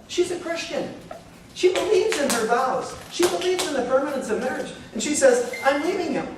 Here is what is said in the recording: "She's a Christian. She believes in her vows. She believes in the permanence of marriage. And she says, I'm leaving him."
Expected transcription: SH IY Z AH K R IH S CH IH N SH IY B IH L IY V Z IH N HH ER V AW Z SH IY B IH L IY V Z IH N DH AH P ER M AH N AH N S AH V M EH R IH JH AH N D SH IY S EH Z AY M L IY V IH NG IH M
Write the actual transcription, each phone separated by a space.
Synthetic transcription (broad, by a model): SH IY Z AH K R IH S CH IH N SH IY B IH L IY V Z IH N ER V AW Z SH IY B IH L IY V Z IH N DH AH P ER M AH N AH N S AH V M EH R IH JH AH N SH IY S EH Z AY M N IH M IH NG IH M